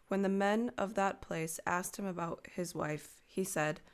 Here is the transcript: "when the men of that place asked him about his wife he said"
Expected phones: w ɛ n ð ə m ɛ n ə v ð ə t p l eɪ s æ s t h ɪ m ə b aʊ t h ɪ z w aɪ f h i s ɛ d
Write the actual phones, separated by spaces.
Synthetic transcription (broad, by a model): w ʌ n ð ə m ɛ n ə v ð ə t p l eɪ s æ s t h ɪ m ə b aʊ t h ɪ z w aɪ f h i s ɛ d